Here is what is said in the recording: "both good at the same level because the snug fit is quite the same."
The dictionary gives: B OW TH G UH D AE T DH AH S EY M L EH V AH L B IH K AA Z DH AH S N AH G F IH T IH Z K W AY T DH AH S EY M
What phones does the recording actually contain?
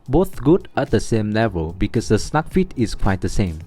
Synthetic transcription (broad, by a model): B OW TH G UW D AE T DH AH S EY M L EH V AH L B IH K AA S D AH S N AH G F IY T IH S K W AY T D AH S EY M